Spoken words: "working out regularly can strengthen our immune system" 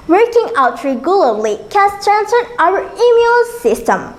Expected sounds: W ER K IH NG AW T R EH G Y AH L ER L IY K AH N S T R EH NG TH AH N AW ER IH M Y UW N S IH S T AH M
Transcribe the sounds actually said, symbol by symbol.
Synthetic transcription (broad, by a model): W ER K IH NG AW T R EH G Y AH L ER L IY K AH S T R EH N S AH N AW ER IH M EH L S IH S T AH M